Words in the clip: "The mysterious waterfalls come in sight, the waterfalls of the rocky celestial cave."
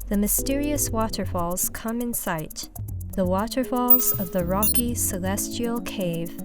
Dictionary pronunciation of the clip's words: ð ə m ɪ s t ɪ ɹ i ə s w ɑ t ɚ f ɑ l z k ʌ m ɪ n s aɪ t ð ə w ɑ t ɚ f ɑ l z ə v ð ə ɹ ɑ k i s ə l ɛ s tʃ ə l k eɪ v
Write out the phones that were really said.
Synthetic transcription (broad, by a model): ð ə m ɪ s t ɪ ɹ i ə s w ɑ t ɚ f ɑ l z k ʌ m ɪ n s aɪ t ð ə w ɑ t ɚ f ɑ l z ə v ð ə ɹ ɑ k i s ə l ɛ s tʃ ə l k eɪ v